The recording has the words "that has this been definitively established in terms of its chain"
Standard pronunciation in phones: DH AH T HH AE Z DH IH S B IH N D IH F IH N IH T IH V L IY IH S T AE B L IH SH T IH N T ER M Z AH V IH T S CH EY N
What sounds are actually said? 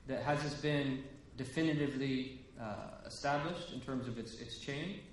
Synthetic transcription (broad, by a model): DH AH T HH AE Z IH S B IH N D IH F IH N IH T IH V L IY IH S T AE B L IH SH T IH N T ER M Z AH V IH T S CH EY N